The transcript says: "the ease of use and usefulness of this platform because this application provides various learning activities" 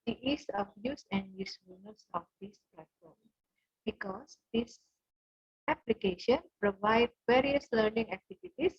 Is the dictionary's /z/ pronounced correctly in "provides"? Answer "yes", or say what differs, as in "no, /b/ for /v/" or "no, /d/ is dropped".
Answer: no, /z/ is dropped